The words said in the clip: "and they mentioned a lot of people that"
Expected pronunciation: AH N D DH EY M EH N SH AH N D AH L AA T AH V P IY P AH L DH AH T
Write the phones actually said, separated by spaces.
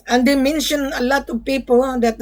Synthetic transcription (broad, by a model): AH N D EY M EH N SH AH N AH L AA T AH V P IY P AH L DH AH T